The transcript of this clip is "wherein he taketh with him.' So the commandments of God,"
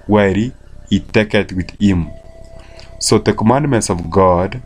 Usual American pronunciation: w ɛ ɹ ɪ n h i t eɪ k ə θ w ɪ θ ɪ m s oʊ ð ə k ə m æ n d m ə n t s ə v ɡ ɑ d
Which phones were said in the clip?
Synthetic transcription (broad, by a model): w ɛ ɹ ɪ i t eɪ k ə t w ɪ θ ɪ m s oʊ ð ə k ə m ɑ n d m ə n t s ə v ɡ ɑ d